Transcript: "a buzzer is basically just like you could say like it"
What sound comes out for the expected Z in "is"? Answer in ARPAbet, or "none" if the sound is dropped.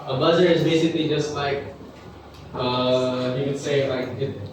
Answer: Z